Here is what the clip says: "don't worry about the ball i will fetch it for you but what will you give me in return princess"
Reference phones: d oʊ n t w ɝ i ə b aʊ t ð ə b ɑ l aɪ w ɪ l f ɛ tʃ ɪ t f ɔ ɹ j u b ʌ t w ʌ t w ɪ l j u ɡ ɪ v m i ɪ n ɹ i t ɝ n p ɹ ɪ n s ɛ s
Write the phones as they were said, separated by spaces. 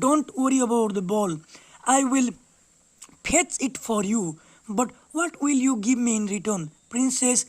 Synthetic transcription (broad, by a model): oʊ n t w ɝ i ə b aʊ t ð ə b ɑ l aɪ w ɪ l p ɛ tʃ ɪ t f ɔ ɹ j u b ʌ t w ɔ t w ɪ l j u ɡ ɪ v m i ɪ n ɹ i t ɝ n p ɹ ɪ n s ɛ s